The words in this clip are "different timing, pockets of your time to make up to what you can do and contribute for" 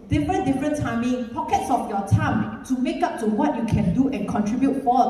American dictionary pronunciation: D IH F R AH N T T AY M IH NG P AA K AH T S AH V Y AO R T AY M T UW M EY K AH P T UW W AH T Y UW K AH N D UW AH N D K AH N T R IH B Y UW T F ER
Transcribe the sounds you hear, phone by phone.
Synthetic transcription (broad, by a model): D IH F R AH N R T AY M IH NG P AA K AH T S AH F Y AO T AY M T UW M EY K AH P T UW W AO T Y UW K AH N D UW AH N K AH N T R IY B Y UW T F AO